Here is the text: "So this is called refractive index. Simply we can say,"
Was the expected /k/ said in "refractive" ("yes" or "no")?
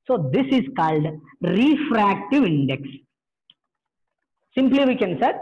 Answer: yes